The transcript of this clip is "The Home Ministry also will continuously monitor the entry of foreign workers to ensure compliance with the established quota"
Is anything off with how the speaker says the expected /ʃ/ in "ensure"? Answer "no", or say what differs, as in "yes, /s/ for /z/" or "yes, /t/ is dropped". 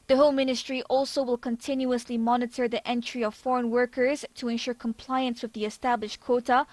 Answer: no